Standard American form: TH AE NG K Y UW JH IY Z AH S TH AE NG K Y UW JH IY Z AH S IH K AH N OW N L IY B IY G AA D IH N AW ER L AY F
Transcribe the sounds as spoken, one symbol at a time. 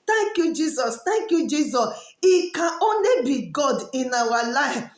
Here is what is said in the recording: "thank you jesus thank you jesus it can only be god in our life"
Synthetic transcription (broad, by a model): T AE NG K Y UW JH IY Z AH S T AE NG K Y UW JH IY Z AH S IH K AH OW N L IY B IY G AA D IH N AW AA L AY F